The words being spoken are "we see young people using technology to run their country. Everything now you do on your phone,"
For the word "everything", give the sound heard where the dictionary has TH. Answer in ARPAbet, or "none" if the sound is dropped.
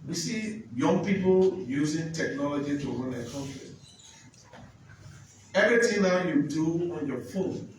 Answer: T